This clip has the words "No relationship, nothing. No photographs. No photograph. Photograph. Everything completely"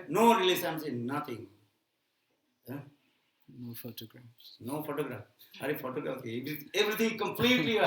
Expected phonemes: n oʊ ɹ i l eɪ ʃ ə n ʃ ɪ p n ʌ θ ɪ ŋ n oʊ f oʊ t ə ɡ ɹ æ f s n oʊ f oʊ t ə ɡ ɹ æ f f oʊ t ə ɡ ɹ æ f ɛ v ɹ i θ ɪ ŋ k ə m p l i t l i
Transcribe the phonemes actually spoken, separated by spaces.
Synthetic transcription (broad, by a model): n oʊ ɹ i l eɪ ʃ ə n s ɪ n n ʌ t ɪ ŋ n oʊ f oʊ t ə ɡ ɹ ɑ f s n oʊ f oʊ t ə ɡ ɹ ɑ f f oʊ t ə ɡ ɹ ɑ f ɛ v ɹ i t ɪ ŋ k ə m p l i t l i